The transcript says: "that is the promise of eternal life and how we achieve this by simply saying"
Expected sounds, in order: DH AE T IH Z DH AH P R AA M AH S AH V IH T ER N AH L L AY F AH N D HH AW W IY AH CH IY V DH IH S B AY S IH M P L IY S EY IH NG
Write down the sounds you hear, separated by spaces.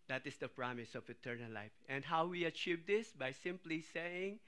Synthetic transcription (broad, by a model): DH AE T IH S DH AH P R AA M AH S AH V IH T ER N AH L L AY F AH N D HH AW W IY AH CH IY V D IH S B AY S IH M P L IY S EY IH NG